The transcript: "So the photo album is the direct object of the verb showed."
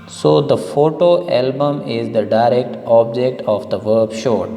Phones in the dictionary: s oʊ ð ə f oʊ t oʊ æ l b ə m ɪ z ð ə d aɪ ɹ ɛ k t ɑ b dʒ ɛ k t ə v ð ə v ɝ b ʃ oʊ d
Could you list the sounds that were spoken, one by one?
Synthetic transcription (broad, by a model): s oʊ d ə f oʊ t oʊ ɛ l b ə m ɪ z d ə d aɪ ɹ ɛ k t ɑ b dʒ ɛ k t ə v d ə v ɝ b ʃ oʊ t